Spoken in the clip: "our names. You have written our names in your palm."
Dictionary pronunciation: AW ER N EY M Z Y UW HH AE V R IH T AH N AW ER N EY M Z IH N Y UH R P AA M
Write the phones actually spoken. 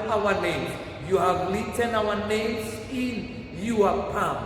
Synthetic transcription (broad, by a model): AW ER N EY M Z Y UW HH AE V L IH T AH N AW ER N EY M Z IH N Y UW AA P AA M